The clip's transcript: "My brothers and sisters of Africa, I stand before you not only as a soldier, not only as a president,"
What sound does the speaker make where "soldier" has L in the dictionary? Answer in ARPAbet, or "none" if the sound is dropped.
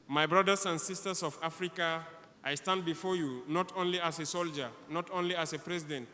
L